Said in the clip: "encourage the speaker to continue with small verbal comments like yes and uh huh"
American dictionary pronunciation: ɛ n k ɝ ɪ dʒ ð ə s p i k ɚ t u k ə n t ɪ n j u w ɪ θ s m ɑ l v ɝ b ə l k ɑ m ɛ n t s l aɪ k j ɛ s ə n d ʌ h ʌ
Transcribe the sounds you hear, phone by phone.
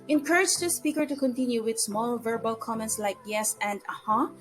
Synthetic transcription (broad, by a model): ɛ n k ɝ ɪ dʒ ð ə s p i k ɚ t u k ə n t ɪ n j u w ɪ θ s m ɑ l v ɝ b ə l k ɑ m ɛ n t s l aɪ k j ɛ s ə n d ʌ h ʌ